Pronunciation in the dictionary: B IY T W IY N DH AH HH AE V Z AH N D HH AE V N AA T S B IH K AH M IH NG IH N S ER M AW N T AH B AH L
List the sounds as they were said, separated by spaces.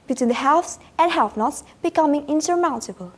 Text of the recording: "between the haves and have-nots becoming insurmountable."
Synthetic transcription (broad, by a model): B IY T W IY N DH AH HH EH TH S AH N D HH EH F N AA T S B IH K AH M IH NG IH N S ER M AW N T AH B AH L